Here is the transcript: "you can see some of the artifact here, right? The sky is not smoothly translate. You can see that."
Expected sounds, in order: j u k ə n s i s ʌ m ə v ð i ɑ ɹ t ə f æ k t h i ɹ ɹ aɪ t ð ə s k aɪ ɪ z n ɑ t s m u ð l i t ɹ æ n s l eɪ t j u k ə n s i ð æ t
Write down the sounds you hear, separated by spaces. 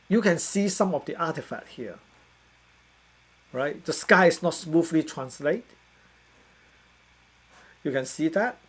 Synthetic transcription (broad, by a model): j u k ə n s i s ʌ m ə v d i ɑ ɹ t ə f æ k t h i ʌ ɹ aɪ t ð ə s k aɪ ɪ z n ɑ t s m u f l i t ɹ æ n s l eɪ t j u k ə n s i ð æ t